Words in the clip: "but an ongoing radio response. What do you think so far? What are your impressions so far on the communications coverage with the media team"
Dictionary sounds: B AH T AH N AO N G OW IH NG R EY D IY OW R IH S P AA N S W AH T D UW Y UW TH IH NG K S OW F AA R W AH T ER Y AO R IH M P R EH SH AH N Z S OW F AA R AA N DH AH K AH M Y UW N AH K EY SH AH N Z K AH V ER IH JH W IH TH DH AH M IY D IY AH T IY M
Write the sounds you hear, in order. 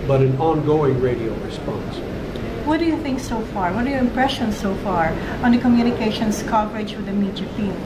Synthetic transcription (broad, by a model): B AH T AH N AO N G OW IH NG R EY D IY OW R IH S P AA N S W AH T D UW Y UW TH IH NG K S OW F AA R W AH T ER Y AO R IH M P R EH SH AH N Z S OW F AA R AA N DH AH K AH M Y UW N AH K EY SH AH N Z K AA P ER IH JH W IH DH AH M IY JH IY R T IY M